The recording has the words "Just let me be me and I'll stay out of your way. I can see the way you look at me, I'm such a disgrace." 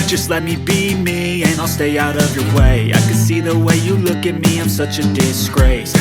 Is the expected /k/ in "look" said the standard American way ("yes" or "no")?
yes